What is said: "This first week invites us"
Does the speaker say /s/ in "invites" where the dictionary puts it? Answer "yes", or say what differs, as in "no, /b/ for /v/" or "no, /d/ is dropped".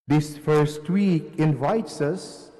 yes